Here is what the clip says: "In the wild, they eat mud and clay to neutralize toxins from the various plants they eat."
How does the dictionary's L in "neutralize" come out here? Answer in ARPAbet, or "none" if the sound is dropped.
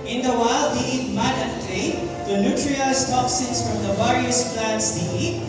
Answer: none